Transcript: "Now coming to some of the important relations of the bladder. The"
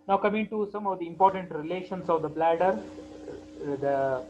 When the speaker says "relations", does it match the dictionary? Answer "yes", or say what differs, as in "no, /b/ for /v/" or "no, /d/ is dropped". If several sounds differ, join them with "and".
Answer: no, /s/ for /z/